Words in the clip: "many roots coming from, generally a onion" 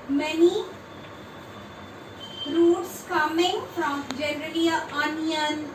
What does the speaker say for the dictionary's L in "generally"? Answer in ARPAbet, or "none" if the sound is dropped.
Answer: none